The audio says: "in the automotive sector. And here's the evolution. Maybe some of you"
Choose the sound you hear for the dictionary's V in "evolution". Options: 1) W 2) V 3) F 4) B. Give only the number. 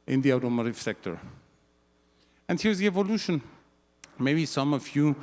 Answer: 2